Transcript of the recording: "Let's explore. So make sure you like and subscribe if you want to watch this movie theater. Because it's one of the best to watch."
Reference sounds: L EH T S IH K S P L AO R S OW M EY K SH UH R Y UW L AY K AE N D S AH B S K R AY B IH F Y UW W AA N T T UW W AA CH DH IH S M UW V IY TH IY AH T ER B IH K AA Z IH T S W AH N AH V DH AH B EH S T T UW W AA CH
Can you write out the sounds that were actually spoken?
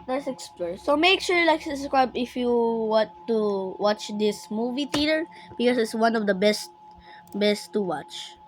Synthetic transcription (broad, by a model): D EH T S IH K S P L AO R S OW M EY K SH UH R L AY K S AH S K R AY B IH F Y UW W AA N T T UW W AA CH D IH S M UW V IY T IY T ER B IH K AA S IH T S W AH N AH V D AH B EH S T T UW W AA CH